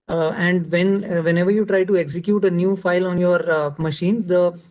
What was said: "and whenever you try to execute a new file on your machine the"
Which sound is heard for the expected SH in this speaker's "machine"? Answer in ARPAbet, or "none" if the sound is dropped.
SH